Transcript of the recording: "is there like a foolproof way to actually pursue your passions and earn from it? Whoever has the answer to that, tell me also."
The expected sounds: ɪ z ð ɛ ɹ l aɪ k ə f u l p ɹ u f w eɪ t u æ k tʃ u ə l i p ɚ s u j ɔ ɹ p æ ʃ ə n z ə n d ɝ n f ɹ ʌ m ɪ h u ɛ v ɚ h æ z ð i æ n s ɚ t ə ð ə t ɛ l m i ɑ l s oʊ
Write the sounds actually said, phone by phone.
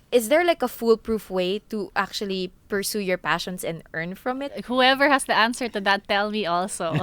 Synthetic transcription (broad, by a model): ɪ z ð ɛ ɹ l aɪ k ə f u l p ɹ u f w eɪ t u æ k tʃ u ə l i p ɚ s u j ɔ ɹ p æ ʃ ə n s ə n d ɝ n f ɹ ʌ m ɪ h u ɛ v ɚ h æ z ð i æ n s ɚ t ə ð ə t ɛ l m i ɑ l s oʊ